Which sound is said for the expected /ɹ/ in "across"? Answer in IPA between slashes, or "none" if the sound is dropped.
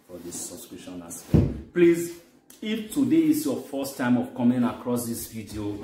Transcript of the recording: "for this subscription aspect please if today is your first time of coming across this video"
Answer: /ɹ/